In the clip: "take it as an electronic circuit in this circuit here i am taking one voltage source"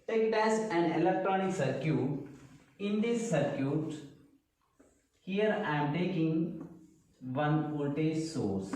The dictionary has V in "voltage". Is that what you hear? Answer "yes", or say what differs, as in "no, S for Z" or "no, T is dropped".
no, P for V